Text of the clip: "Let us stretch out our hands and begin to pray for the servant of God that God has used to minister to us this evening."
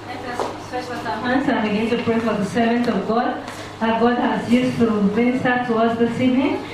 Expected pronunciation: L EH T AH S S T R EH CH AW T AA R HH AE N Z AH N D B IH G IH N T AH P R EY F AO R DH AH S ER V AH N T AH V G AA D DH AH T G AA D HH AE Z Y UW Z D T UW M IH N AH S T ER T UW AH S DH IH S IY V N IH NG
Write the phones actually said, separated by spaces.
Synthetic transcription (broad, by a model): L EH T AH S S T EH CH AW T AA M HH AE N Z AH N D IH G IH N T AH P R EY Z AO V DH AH S ER V AH N T AH V G AA D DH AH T G AA D HH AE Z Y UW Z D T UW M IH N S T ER T UW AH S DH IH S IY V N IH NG